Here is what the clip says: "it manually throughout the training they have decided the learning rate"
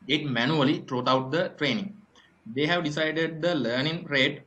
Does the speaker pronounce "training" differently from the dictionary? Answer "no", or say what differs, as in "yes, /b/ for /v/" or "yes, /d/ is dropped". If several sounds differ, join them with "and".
no